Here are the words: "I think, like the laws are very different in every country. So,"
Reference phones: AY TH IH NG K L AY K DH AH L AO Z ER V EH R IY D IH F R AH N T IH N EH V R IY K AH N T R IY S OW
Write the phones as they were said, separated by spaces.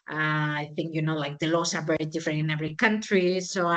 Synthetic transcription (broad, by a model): AY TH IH NG K L AY K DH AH L AO S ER B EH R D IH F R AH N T IH N EH V R IY K AH N T R IY S OW